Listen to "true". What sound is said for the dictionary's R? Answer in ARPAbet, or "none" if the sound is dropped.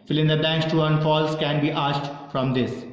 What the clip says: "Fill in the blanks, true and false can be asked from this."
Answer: none